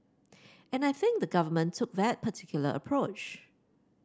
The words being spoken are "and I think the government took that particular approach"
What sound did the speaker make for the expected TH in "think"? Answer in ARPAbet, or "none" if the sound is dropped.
TH